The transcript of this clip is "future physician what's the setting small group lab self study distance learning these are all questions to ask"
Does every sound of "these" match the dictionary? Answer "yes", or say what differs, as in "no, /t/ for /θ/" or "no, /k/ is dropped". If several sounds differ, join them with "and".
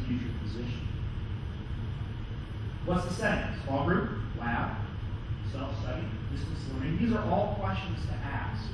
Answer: yes